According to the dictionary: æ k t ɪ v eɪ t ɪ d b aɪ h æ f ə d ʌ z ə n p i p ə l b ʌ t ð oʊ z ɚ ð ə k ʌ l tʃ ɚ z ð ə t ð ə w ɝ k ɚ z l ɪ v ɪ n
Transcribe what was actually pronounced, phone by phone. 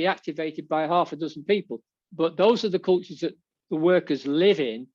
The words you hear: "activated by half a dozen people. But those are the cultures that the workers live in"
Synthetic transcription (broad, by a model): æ k t ɪ v eɪ t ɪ d b aɪ h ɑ f ə d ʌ z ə n p i p ə l b ʌ t ð oʊ z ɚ ð ə k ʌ l tʃ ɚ z ð ə t ð ə w ɝ k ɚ z l ɪ v ɪ n